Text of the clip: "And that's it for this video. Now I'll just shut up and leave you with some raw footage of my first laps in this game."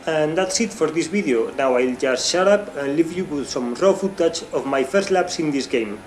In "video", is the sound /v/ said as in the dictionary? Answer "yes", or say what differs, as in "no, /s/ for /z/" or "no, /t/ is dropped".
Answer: no, /b/ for /v/